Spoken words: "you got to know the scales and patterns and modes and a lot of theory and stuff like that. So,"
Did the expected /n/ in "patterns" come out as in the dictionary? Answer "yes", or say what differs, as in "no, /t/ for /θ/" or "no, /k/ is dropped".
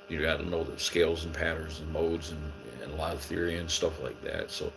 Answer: no, /n/ is dropped